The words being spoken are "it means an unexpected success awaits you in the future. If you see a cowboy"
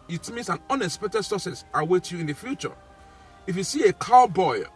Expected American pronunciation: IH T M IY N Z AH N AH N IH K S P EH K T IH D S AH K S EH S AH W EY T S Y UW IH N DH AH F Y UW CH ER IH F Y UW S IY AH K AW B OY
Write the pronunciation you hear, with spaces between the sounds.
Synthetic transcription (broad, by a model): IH T M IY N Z AH N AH N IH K S P EH K T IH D S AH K S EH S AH W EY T Y UW IH N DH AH F Y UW CH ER IH F Y UW S IY AH K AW B OY